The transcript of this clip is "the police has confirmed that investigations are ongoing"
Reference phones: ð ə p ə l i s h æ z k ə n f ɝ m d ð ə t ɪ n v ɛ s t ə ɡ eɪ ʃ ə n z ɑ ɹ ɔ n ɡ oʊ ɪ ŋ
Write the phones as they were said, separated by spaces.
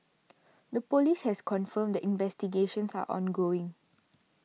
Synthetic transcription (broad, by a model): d ə p ə l i s h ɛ s k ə n f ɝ m d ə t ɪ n v ɛ s t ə ɡ eɪ ʃ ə n s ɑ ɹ ɔ n ɡ oʊ ɪ ŋ